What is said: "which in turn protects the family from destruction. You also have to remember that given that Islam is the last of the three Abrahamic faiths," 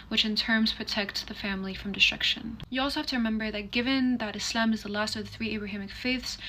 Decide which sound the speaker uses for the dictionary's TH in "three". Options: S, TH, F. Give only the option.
TH